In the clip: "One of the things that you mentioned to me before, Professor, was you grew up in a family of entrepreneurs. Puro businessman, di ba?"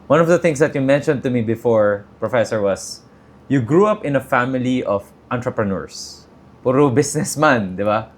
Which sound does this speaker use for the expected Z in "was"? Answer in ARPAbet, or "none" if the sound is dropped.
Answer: S